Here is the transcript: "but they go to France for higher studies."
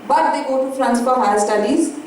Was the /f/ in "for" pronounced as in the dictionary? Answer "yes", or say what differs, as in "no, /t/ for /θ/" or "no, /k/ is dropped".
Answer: no, /p/ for /f/